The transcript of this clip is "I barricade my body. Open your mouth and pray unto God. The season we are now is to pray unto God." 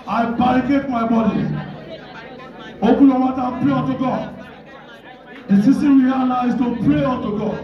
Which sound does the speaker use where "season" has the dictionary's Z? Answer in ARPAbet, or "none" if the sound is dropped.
S